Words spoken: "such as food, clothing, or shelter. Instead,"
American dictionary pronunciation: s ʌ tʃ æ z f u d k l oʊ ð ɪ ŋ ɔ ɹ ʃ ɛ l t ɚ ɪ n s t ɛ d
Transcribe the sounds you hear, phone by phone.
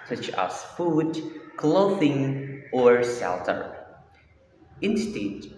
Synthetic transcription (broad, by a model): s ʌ tʃ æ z f u d k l oʊ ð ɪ ŋ ɔ ɹ s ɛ l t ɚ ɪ n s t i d